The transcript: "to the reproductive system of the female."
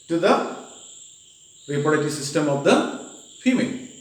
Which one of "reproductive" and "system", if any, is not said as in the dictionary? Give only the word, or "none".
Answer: reproductive